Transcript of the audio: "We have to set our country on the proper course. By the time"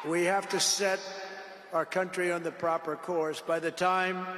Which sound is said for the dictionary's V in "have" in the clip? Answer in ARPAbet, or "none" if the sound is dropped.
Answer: F